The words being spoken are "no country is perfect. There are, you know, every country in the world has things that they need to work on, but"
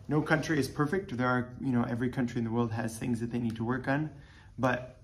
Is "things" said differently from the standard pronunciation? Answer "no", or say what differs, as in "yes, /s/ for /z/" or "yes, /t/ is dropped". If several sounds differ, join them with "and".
no